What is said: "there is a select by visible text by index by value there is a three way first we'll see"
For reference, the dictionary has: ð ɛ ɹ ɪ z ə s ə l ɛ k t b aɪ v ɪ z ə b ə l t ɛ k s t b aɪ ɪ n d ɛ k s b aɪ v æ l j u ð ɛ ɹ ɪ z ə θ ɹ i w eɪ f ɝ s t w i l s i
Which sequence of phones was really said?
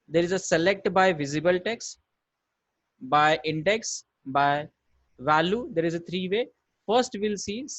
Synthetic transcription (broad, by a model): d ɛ ɹ ɪ z ə s ə l ɛ k t b aɪ v ɪ z ə b ə l t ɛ k s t b aɪ ɪ n d ɛ k s b aɪ v æ l j u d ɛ ɹ ɪ z ə t ɹ i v eɪ f ɝ s t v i l s i